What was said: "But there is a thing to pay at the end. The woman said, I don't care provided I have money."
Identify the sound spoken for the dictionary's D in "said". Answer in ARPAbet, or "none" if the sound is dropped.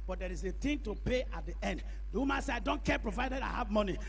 none